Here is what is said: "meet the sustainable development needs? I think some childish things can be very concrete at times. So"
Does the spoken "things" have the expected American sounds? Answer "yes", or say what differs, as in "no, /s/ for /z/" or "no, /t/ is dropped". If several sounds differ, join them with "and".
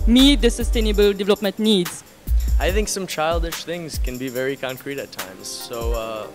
yes